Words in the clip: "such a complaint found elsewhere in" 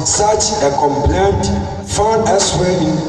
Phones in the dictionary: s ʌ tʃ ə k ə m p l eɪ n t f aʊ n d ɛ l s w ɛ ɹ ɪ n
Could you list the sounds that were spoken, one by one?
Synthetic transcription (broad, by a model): s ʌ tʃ ə k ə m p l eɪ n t f aʊ n d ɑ s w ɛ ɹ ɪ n